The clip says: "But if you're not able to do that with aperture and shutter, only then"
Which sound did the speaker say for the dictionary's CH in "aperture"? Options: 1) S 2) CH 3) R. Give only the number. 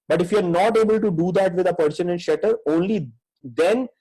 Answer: 1